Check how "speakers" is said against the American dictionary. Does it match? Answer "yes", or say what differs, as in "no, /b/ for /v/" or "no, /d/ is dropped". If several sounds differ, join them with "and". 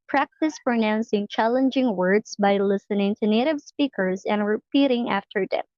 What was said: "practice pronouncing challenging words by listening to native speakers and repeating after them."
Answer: yes